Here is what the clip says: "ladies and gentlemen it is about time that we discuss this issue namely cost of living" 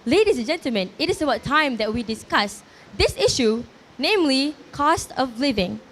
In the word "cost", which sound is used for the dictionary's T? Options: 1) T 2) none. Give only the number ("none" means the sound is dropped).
1